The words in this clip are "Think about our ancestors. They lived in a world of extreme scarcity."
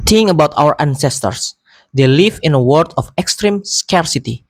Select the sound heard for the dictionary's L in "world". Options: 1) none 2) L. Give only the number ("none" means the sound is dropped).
1